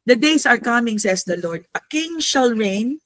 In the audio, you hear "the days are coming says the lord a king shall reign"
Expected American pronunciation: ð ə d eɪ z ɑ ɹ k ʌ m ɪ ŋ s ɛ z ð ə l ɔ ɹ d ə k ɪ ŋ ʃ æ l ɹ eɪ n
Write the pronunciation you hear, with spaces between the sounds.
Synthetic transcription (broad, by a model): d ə d eɪ s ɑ ɹ k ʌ m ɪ ŋ s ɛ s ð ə l ɔ ɹ d ə k ɪ ŋ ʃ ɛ l ɹ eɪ n